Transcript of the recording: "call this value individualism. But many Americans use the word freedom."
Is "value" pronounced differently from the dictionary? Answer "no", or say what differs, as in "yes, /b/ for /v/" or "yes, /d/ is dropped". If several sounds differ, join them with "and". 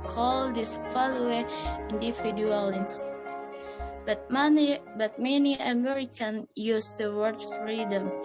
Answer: yes, /f/ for /v/